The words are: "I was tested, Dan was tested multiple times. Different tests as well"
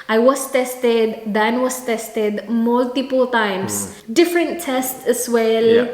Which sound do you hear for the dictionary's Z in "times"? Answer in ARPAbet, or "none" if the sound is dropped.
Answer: S